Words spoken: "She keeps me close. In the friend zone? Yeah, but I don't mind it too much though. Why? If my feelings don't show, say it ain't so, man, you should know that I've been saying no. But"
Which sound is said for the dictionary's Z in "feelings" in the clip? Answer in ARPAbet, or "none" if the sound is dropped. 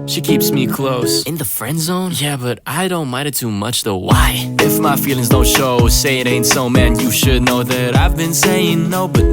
Z